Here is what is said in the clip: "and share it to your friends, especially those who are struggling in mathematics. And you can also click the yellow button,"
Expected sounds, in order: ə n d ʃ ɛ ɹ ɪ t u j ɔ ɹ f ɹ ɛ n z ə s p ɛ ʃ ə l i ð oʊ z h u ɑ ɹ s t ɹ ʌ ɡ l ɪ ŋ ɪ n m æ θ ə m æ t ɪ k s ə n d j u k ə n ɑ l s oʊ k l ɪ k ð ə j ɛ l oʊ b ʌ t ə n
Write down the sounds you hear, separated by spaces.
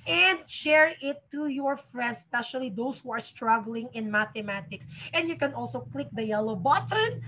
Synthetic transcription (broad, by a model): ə n d ʃ ɛ ɹ ɪ t u j ɔ ɹ f ɹ ɛ n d s p ɛ ʃ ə l i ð oʊ s h u ɑ ɹ s t ɹ ʌ ɡ l ɪ ŋ ɪ n m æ t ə m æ t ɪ k s ə n d j u k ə n ɑ l s oʊ k l ɪ k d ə j ɛ l oʊ b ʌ t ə n